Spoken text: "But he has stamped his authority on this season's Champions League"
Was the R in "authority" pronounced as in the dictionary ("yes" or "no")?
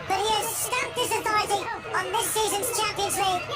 no